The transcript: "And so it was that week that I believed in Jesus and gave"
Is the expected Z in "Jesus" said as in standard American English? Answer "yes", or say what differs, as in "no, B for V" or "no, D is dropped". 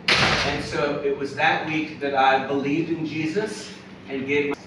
yes